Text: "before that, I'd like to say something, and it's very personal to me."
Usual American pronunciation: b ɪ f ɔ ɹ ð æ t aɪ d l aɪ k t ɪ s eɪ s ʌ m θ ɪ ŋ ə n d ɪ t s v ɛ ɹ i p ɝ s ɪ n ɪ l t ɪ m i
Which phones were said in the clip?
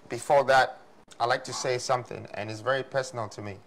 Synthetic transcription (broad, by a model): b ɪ f ɔ ɹ ð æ t aɪ l aɪ k t ɪ s eɪ s ʌ m θ ɪ ŋ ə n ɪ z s v ɛ ɹ i p ɝ s n l t ɪ m i